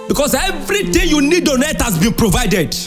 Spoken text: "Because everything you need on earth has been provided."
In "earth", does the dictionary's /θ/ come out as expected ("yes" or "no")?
no